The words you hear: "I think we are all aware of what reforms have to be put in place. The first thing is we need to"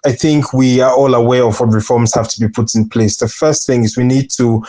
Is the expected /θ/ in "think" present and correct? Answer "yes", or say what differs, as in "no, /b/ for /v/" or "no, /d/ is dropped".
yes